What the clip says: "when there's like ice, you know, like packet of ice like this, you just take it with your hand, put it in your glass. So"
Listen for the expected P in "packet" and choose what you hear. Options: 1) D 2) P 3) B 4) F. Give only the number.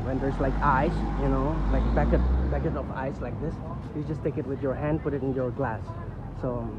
3